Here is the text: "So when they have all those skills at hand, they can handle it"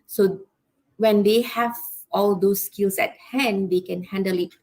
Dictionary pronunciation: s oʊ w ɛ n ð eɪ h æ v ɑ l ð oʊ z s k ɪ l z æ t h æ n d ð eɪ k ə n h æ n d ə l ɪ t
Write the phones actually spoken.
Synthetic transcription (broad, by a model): s oʊ w ɛ n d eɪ h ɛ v ɑ l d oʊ s k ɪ l s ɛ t h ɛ n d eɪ k ə n h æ n d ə l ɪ t